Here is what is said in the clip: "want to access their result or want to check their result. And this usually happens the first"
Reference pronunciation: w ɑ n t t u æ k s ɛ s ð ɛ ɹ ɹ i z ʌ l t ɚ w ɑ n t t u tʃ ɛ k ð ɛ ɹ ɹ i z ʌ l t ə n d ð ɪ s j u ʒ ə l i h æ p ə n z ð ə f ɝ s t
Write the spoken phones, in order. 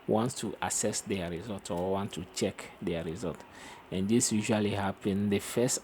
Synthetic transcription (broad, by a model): w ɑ n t t u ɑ s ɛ s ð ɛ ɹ ɹ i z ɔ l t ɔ w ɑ n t t u tʃ ɛ k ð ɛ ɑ ɹ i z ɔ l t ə n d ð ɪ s j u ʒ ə l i h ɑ p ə n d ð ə f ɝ s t